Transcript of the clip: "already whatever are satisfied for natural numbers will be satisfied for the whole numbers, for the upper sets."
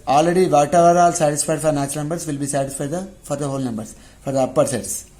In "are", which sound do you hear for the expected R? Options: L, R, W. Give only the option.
L